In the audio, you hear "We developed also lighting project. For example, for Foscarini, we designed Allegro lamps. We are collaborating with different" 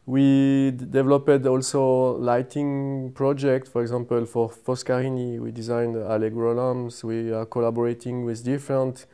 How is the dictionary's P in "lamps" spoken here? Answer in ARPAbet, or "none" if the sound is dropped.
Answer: none